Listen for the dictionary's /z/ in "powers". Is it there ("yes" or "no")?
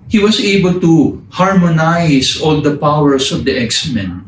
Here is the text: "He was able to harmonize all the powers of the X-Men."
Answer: no